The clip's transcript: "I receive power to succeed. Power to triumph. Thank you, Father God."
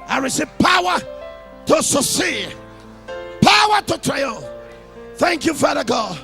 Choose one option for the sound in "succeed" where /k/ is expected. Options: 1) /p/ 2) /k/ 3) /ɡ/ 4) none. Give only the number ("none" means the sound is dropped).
4